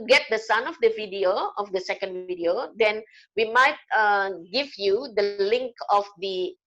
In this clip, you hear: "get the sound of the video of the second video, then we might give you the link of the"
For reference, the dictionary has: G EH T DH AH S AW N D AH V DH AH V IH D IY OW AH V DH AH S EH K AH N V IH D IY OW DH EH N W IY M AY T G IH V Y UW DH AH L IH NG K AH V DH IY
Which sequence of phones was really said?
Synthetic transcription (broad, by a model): G EH T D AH S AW N AH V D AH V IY D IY OW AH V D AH S EH K AH N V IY D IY OW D EH N W IY M AY T G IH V Y UW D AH L IH NG K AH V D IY